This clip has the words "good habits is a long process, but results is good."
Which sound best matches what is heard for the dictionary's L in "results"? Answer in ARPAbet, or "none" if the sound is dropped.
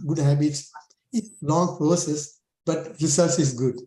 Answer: none